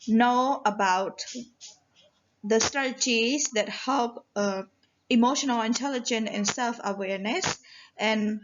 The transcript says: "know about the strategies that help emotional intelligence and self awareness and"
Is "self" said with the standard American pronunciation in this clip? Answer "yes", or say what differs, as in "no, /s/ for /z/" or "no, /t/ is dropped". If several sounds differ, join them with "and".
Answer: yes